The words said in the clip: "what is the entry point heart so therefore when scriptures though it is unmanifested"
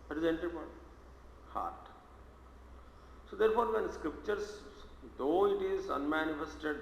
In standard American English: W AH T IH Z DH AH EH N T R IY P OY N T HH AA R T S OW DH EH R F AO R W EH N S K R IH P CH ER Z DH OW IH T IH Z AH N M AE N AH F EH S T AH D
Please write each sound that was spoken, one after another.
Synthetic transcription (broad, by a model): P T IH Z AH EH N T IY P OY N HH AA R T S OW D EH R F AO R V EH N S K R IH P CH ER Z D OW IH T IH Z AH N M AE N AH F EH S T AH D